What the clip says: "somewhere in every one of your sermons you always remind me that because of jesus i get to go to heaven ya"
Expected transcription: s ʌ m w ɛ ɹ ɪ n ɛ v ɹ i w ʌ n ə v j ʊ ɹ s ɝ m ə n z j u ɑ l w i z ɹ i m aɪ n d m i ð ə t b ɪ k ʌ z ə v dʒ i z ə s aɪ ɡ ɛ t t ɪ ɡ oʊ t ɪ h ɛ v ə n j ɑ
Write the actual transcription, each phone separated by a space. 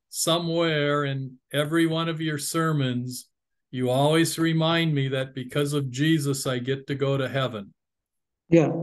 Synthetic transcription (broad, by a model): s ʌ m w ɛ ɹ ɪ n ɛ v ɹ i w ʌ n ə v j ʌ ɹ s ɝ m ə n z j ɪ ɑ l w i z ɹ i m aɪ n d m i ð ə t b ɪ k ʌ z ə v dʒ i z ə s aɪ ɡ ɛ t t ɪ ɡ oʊ t ɪ h ɛ v ə n j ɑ